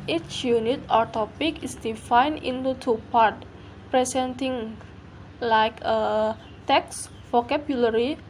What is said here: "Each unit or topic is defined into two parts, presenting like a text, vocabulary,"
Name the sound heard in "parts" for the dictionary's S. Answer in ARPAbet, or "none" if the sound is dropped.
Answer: none